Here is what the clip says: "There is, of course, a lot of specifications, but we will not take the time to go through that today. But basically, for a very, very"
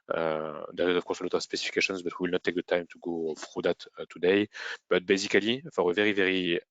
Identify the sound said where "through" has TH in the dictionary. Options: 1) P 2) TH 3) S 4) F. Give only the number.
4